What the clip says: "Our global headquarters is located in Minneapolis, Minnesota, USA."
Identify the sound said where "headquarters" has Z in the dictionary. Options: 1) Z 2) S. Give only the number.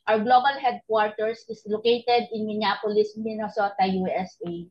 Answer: 2